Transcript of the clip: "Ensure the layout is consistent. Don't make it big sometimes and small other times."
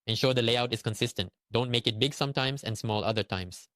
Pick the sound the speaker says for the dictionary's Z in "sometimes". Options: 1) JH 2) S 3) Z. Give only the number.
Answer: 2